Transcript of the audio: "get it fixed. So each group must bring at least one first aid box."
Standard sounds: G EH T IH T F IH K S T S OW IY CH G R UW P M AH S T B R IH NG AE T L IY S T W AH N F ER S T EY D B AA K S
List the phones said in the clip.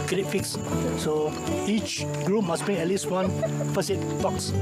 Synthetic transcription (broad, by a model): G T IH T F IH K S S OW IY CH G R UW P M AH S B R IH NG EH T L IY S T W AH N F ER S EY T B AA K S